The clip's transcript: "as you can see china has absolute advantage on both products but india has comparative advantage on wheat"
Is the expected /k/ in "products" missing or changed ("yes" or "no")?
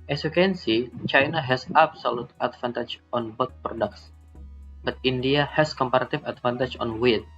no